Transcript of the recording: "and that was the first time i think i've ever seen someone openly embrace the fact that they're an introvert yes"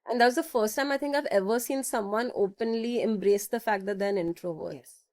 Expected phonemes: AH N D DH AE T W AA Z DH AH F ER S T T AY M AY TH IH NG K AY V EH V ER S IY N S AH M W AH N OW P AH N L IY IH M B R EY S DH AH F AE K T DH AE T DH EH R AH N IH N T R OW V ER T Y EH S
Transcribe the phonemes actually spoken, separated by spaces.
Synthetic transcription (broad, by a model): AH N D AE T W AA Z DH AH F ER S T T AY M AY T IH NG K AY V EH V ER S IY N S AH M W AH N OW P AH N L IY IH M B R EY S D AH F AE K T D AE T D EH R AH N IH N T R OW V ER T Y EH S